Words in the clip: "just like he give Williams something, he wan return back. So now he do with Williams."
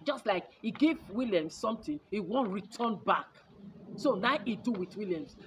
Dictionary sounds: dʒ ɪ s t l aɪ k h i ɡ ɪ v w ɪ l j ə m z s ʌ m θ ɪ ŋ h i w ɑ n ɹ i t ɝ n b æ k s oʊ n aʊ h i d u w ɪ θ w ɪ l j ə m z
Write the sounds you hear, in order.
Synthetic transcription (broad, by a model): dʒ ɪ s t l aɪ k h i ɡ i v w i l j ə m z s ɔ m t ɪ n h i w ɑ n ɹ i t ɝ n b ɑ k s oʊ n aʊ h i d u w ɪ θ w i l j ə m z